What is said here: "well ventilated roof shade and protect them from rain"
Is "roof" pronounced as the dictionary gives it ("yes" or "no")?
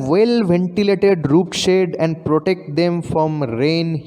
no